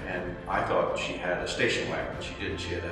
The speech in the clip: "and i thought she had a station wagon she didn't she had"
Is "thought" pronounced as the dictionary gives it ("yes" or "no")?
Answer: yes